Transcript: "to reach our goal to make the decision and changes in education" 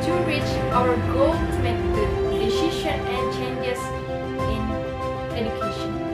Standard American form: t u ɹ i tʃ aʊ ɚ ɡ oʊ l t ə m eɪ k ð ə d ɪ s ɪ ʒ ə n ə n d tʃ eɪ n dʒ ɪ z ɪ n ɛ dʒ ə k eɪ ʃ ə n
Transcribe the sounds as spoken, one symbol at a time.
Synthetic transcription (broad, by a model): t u ɹ i tʃ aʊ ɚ ɡ oʊ l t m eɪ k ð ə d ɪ ʃ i ʃ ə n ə n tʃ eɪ n dʒ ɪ s ɪ n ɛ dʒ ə k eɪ ʃ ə n